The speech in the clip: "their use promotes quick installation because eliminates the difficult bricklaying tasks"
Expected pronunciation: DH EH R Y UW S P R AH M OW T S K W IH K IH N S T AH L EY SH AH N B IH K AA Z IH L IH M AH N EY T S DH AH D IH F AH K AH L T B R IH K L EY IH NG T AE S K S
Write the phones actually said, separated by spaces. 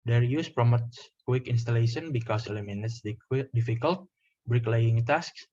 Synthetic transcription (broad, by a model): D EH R Y UW S P R AH M OW T S K W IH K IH N S T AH L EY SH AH N B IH K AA S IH L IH M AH N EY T S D D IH F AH K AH L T B R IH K L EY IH NG T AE S K S